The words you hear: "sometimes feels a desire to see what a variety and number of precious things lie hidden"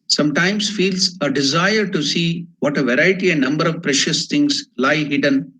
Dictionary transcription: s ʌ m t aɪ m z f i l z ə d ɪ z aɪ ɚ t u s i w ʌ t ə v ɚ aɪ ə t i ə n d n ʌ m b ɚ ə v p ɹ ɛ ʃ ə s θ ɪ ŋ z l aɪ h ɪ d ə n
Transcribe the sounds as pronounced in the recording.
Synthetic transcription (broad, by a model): s ʌ m t aɪ m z f i l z ə d ɪ z aɪ ɚ t u s i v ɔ t ə v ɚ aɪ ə t i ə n n ʌ m b ɚ ə v p ɹ ɛ ʃ ə s t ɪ ŋ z l aɪ h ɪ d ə n